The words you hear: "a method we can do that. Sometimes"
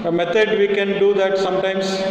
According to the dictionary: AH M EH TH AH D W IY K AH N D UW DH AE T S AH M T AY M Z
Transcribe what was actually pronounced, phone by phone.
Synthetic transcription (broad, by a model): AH M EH T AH D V IY K AH N D UW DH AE T S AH M T AY M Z